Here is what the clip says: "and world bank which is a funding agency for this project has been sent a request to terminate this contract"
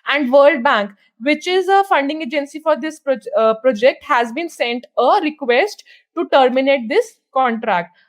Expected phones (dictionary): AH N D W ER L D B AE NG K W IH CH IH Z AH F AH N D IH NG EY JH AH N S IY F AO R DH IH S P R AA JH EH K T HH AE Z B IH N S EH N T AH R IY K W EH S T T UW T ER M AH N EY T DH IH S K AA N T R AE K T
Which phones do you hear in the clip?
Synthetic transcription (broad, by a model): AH N D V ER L D B AE NG K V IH CH IH Z AH F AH N D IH NG EY JH AH N S IY F AO R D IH S P R AA JH EH K T HH AE Z B IH N S EH N T AH R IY K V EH S T T UW T ER M AH N EY T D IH S K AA N T R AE K T